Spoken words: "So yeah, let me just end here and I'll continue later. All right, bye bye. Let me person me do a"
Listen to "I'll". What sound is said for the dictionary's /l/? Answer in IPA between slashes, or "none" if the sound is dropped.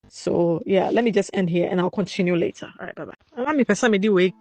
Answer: /l/